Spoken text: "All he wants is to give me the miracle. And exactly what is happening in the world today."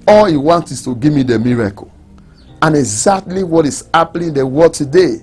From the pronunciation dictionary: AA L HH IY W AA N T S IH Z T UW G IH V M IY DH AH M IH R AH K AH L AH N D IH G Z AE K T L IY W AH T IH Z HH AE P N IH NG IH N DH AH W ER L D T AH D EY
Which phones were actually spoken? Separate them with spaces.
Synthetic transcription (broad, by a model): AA L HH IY W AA N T IH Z T UW G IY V M IY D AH M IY R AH K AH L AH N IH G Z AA K T L IY W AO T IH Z HH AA P L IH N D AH W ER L T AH D EY